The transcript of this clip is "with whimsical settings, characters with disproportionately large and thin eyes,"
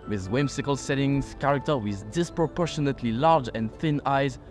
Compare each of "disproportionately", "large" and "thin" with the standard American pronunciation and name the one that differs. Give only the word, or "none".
none